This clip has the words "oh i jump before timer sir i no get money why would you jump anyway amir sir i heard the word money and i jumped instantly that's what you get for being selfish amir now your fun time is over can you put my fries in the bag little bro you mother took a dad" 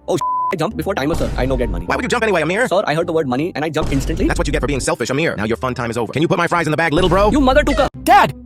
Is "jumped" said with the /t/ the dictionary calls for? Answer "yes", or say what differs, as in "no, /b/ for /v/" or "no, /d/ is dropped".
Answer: no, /t/ is dropped